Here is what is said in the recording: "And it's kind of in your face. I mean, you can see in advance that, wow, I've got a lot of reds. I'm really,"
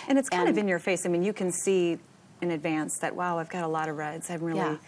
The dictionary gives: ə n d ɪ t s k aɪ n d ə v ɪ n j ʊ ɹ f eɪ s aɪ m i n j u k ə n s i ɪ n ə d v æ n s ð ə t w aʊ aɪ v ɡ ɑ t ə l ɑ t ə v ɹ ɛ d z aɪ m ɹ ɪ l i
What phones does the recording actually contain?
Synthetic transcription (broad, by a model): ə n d ɪ t s k aɪ n d ə v ɪ n j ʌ ɹ f eɪ s aɪ m i n j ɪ k ə n s i ɪ n ə d v æ n s ð ə t w aʊ aɪ v ɡ ɑ t ə l ɑ t ə v ɹ ɛ d z aɪ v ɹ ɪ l i